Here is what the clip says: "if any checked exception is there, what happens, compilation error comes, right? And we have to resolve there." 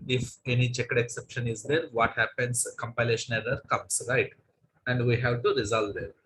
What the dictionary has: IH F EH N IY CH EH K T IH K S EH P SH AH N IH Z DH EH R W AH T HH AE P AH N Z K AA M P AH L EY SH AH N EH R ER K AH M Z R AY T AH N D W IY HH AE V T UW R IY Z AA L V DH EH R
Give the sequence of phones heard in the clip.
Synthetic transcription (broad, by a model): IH F EH N IY CH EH K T IH K S EH P SH AH N IH Z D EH R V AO T HH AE P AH N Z K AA M P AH L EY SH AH N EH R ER K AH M S R AY T AH N D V IY HH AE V T UW R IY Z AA L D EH R